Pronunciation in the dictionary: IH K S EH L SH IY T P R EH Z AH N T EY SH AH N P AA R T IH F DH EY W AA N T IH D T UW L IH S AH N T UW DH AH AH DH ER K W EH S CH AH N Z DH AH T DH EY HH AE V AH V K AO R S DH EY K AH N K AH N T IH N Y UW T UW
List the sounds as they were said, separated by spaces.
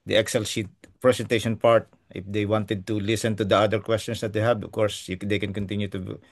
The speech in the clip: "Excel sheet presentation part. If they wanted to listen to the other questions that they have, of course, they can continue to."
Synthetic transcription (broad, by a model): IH K S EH L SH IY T P R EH S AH N T EY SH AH N P AA R T IH F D EY W AA N T IH D T UW L IH S AH N T UW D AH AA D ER K W EH S CH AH N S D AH T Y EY HH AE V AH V K AO R S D EY K AH N K AH N T IH N Y UW T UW